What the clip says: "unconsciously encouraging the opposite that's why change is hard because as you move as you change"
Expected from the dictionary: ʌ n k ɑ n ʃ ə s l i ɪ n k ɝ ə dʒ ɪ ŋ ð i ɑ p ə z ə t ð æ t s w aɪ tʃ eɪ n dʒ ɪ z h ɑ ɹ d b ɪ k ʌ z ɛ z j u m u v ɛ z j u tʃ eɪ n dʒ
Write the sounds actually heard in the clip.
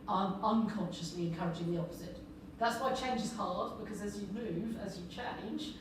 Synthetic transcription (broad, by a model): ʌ n k ɑ n ʃ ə s l i ɪ n k ɝ ə dʒ ɪ ŋ ð i ɑ p ə z ə t ð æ t s w aɪ tʃ eɪ n dʒ ɪ z h ɑ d b ɪ k ʌ z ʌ z j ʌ m u v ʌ z j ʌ tʃ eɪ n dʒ